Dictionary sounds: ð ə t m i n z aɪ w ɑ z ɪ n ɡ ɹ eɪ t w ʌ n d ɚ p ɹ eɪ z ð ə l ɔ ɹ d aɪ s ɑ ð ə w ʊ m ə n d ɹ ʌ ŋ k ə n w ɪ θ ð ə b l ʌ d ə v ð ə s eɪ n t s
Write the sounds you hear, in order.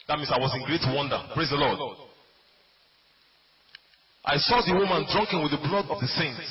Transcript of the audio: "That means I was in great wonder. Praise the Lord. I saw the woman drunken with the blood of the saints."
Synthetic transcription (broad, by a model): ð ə t m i n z aɪ w ɑ z ɪ n ɡ ɹ eɪ t w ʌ n d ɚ p ɹ eɪ z ð ə l ɔ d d aɪ s ɑ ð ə w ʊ m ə n d ɹ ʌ ŋ k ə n w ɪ ð ə b l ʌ d ə v ð ə s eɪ n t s